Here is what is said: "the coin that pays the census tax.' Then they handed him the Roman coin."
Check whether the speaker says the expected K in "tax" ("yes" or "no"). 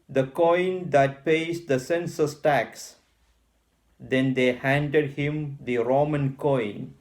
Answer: yes